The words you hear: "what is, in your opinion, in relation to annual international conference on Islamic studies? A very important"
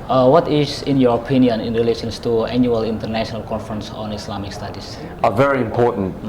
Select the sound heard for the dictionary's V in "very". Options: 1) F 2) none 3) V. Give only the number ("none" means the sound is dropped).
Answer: 3